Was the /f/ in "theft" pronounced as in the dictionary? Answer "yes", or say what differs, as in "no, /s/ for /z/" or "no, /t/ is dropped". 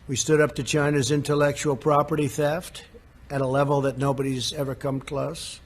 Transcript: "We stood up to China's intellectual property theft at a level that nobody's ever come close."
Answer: yes